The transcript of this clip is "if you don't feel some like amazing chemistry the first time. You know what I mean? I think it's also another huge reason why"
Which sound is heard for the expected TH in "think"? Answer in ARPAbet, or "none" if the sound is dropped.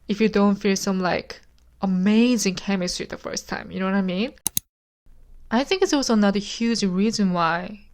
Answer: TH